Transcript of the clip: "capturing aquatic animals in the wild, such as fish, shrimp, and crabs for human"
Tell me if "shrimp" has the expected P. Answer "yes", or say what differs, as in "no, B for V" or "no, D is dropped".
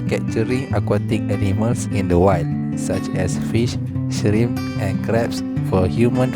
no, P is dropped